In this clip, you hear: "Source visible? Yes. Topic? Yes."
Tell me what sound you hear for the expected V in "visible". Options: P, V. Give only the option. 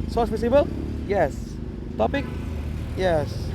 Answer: P